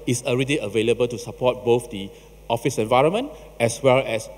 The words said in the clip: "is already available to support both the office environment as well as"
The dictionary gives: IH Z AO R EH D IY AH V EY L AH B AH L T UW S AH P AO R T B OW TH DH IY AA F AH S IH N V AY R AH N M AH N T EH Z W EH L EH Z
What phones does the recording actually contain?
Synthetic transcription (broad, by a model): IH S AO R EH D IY AH V EY L AH B AH L T UW S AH P AO T B OW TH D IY AA F AH S IH N V AY R AH N M AH N T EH S W EH L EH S